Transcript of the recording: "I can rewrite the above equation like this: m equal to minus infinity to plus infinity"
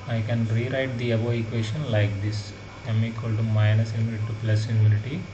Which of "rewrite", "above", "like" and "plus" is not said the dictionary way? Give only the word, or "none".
above